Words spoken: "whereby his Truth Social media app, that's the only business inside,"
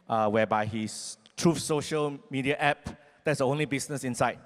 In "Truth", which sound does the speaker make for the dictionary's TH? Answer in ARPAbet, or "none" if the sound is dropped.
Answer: F